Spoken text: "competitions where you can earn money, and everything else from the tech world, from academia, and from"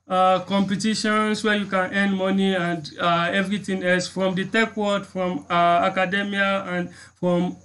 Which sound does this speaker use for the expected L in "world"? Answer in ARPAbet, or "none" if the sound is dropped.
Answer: none